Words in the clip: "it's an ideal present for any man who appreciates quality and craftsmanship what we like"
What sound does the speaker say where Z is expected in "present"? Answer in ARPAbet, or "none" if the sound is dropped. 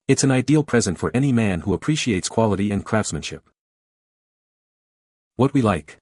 Z